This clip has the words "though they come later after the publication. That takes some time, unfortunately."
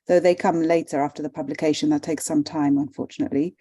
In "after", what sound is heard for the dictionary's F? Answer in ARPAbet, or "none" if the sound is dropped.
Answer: F